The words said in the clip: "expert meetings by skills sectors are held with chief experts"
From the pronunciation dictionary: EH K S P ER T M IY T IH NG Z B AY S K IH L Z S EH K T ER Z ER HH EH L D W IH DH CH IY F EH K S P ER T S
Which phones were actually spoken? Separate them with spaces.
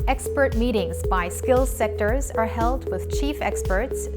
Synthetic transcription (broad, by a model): EH K S P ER T M IY T IH NG Z B AY S K IH L Z S EH K T ER Z ER HH EH L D W IH DH CH IY F EH K S P ER T S